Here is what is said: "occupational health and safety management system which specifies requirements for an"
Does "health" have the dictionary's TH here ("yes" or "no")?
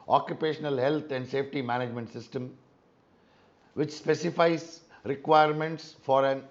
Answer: no